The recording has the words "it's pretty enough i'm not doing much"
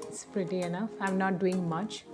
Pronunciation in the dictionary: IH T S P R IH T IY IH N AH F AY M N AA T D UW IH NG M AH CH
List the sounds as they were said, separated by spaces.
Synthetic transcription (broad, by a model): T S P R IH T IY IH N AH F AY M N AA T D UW IH NG M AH CH